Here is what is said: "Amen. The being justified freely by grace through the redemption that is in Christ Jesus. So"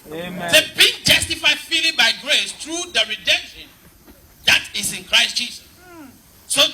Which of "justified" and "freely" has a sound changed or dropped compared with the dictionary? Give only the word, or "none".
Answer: freely